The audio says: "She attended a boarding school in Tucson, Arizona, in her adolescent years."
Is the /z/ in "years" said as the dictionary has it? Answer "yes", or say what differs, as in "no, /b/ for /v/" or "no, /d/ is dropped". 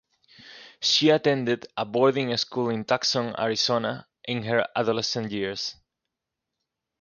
no, /s/ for /z/